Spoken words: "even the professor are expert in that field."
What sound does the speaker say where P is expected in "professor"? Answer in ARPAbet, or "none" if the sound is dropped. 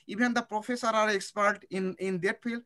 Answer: P